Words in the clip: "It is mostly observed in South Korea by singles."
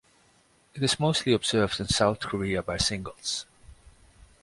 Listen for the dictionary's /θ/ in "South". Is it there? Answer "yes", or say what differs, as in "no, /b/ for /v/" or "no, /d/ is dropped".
yes